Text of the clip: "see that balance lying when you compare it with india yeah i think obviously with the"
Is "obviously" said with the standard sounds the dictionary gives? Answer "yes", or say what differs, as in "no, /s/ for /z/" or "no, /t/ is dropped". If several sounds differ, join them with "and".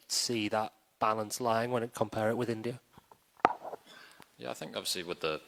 yes